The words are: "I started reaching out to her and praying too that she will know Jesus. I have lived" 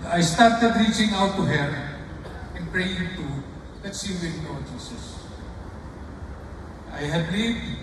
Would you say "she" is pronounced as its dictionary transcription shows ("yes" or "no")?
no